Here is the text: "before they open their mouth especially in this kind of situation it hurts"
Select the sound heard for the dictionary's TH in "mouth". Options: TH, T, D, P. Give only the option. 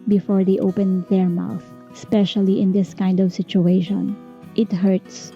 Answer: TH